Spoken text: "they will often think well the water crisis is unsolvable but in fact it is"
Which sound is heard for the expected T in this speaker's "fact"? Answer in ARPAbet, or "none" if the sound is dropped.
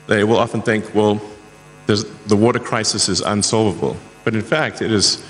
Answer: T